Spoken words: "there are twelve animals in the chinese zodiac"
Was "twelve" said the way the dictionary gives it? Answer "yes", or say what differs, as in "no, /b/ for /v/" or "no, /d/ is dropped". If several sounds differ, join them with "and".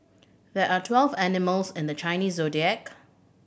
yes